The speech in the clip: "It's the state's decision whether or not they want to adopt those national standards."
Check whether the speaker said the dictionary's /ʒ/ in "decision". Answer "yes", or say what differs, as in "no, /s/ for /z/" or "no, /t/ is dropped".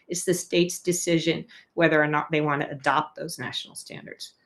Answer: yes